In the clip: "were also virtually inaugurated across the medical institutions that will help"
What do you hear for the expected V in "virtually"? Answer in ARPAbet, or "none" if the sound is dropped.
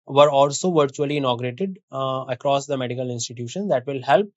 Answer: V